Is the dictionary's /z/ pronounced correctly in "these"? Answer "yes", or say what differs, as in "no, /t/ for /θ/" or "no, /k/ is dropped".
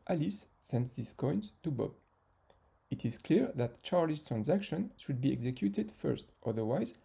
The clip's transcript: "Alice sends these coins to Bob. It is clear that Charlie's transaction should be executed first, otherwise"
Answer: no, /s/ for /z/